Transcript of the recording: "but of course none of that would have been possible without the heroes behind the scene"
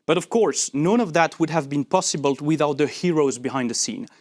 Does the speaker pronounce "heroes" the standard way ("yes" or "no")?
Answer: yes